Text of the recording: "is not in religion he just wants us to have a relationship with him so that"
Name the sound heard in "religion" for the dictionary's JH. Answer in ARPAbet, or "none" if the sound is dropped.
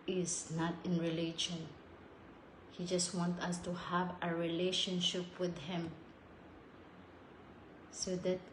SH